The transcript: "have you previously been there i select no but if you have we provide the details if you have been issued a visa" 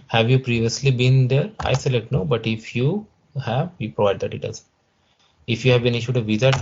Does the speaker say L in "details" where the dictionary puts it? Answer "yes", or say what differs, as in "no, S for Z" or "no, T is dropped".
no, L is dropped